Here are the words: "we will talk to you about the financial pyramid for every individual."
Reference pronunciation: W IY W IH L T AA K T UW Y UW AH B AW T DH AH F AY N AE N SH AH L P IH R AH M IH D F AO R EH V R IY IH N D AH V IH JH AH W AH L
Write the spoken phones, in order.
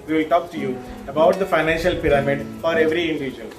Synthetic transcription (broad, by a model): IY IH L T AA K T UW Y UW AH B AW T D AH F AY N AE N SH AH L P IH R AH M IH D F AO R EH V R IY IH N D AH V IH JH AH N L